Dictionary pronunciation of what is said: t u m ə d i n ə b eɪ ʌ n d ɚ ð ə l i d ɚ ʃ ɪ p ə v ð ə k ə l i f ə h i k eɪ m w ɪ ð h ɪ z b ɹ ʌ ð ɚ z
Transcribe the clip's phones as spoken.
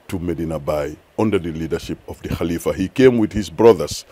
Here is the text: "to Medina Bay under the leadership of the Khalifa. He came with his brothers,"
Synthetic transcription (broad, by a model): t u m ə d i n ə b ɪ ʌ n d ɚ ð ə l i d ɚ ʃ ɪ p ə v ð ə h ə l i f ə h i k eɪ m w ɪ ð h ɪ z b ɹ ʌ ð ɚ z